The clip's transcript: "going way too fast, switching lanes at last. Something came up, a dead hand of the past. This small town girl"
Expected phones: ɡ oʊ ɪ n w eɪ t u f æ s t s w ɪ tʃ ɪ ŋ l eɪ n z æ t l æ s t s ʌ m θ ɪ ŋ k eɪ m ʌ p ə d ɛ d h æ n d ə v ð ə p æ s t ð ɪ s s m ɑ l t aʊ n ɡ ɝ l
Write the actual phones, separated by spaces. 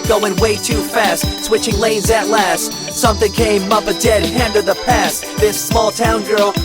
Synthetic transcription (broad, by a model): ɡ oʊ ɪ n w eɪ t u f æ s t s w ɪ tʃ ɪ ŋ l eɪ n z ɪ t l æ s t s ʌ m θ ɪ ŋ k eɪ m ʌ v ə d ɛ d h æ n d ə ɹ ð ə p æ s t ð ɪ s s m ɑ l t aʊ n ɡ ɝ l